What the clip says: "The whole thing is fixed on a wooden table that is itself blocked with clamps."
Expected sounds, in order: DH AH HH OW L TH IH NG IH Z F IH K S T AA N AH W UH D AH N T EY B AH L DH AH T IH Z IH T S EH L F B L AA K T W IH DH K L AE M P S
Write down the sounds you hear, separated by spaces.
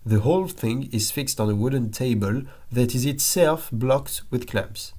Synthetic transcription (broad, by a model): DH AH HH OW L TH IH NG IH Z F IH K S T N AH W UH D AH N T EY B AH L DH AH T IH Z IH T S EH L F B L AA K T W IH DH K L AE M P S